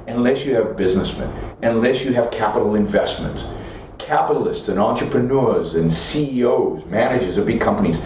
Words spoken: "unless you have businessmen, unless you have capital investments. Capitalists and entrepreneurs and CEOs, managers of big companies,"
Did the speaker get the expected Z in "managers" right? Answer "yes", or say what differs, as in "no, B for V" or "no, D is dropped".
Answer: yes